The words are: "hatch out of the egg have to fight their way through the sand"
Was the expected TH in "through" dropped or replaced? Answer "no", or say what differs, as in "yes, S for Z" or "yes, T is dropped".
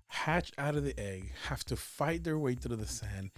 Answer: yes, T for TH